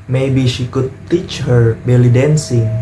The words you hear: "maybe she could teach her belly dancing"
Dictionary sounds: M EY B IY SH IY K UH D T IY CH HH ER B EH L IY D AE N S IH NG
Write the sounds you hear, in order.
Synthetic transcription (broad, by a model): M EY B IY SH IY K UH D T IY CH HH ER B EH L IY D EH N S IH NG